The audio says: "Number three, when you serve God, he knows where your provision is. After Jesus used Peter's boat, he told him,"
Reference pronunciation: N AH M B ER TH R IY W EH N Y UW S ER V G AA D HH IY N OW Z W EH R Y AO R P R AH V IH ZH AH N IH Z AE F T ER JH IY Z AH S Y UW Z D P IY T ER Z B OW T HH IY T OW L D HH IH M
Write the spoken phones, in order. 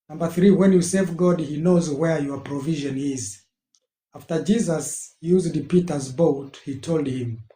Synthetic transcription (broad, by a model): N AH M B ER TH R IY W EH N Y UW S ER V G AA D HH IY N OW Z W EH R Y AO R P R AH V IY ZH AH N IH Z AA F T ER JH IY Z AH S Y UW Z D P IY T ER Z B OW T HH IY T OW L D HH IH M